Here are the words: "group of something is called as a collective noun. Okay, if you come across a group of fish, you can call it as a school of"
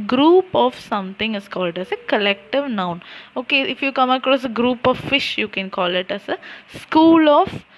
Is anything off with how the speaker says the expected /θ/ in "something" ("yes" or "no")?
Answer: yes